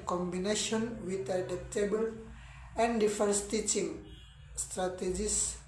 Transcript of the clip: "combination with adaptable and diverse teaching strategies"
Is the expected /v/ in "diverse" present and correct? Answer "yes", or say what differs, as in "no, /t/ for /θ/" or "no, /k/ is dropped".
no, /f/ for /v/